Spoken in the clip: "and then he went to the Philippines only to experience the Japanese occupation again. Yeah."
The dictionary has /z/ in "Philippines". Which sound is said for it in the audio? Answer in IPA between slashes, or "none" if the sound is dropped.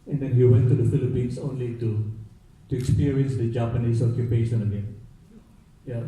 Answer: /s/